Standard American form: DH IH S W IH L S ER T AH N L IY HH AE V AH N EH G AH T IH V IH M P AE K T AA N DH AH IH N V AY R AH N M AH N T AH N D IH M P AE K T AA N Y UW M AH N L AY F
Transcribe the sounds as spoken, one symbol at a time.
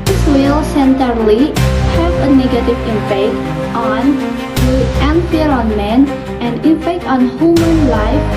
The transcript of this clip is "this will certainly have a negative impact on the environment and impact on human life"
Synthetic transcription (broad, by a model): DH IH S W IH L S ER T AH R L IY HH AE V AH N EH G AH T IH V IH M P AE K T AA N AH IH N F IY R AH N M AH N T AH N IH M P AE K T AA N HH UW M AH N L AY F